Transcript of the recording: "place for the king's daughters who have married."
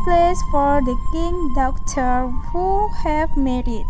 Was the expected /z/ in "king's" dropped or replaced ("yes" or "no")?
yes